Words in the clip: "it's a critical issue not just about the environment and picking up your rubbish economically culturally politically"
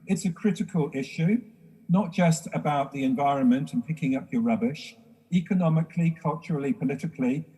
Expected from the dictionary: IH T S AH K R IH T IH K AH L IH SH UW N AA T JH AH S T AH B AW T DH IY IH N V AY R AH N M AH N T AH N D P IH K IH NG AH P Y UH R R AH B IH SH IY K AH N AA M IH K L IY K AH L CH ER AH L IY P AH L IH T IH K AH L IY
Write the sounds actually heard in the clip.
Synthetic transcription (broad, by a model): IH T S AH K R IH T IH K AH L IH SH UW N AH T JH AH S T AH B AW T DH IY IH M V AY R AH N M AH N T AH N P IH K IH NG AH P Y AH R R AH B IH SH IY K AH N AA M IH K L IY K AH L CH ER AH L IY P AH L IH T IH K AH L IY